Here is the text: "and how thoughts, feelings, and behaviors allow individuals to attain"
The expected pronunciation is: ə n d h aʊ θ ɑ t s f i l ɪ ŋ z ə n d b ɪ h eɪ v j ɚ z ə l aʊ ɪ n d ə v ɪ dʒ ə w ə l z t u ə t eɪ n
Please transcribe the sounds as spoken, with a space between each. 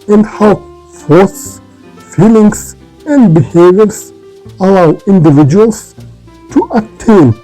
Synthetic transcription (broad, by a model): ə n d h aʊ f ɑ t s f i l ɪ ŋ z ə n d b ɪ h eɪ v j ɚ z ə l aʊ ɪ n d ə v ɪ dʒ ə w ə l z t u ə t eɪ n